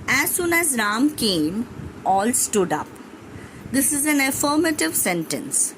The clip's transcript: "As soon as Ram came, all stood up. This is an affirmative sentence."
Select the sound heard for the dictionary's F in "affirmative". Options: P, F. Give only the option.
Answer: F